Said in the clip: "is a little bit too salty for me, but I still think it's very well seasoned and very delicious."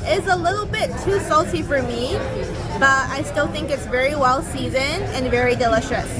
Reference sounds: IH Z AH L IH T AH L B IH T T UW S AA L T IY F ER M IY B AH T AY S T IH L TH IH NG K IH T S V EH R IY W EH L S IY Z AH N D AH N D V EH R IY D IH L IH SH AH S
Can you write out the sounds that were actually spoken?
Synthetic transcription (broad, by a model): IH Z AH L IH T L B IH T T UW S AA L T IY F ER M IY B AH T AY S T IH L TH IH NG K IH T S V EH R IY W EH L S IY Z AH N AH N V EH R IY D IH L IH SH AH S